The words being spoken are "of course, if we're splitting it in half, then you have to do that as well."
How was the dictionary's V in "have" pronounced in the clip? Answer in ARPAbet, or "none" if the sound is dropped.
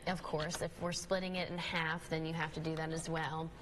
F